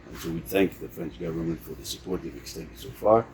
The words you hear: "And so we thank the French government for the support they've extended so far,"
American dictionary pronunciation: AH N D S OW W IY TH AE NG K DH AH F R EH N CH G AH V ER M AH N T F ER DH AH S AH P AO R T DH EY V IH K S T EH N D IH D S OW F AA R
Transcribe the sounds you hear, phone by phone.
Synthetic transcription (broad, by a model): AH N S OW W IY TH AE NG K DH AH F R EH N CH G AH V ER M AH N T F ER DH AH S AH P AO R T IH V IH K S T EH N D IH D S OW F AA R